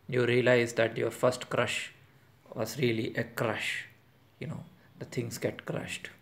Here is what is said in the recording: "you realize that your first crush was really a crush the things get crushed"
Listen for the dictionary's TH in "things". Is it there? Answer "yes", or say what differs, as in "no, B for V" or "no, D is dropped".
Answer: no, T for TH